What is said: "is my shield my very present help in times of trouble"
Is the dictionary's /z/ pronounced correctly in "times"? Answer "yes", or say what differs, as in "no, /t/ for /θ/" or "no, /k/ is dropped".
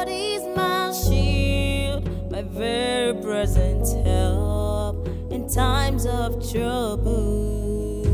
yes